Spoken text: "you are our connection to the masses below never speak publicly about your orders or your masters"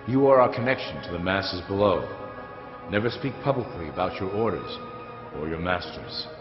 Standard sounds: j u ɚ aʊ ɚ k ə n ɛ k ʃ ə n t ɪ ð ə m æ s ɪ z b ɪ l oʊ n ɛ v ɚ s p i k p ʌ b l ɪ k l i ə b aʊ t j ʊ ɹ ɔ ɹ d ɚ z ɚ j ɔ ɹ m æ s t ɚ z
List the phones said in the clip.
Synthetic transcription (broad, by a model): j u ɚ aʊ ɚ k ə n ɛ k ʃ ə n t ɪ ð ə m æ s ɪ z b ɪ l oʊ n ɛ v ɚ s p i k p ʌ b l ɪ k l i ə b aʊ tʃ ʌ ɹ ɔ ɹ d ɚ z ɚ j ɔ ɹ m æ s t ɚ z